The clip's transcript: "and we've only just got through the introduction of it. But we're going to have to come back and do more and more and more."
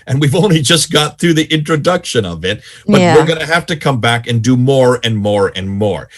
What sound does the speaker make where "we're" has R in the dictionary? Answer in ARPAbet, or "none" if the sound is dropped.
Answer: R